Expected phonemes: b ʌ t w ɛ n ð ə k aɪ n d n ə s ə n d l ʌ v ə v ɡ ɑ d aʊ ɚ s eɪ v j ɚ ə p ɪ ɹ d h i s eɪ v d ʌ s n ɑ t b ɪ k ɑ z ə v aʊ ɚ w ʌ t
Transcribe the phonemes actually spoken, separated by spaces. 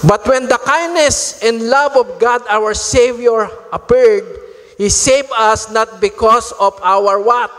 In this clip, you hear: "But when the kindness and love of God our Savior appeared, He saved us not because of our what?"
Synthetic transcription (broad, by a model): b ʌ t w ɛ n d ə k aɪ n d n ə s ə n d l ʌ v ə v ɡ ɑ d aʊ ɚ s eɪ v j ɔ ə p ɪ ɹ d h i s eɪ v ʌ s n ɑ t b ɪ k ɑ s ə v aʊ ɚ w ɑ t